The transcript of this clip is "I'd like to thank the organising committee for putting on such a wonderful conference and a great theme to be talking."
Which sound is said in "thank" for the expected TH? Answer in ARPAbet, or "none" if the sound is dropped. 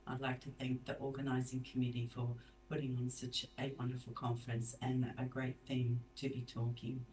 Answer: TH